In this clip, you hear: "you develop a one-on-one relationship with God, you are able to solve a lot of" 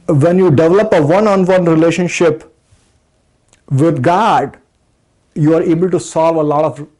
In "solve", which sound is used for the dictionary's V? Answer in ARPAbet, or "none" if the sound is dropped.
V